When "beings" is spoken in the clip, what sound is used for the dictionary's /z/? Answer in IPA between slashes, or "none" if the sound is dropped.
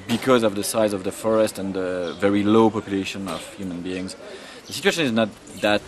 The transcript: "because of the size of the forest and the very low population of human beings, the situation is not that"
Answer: /z/